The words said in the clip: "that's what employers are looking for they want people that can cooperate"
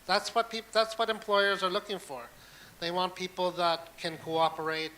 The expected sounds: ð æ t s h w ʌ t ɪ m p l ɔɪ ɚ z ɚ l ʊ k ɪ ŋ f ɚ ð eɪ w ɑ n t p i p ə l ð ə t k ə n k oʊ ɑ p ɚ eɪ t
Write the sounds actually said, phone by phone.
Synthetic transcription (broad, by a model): ð æ t s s w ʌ t ɪ m p l ɔɪ ɚ z ɚ l ʊ k ɪ ŋ f ɚ ð eɪ w ɑ n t p i p l ð ə t k ə n k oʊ ɑ p ɚ eɪ t